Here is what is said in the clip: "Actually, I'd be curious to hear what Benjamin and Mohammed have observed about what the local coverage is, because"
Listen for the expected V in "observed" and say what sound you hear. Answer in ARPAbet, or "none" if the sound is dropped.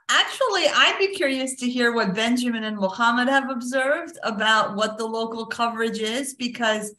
V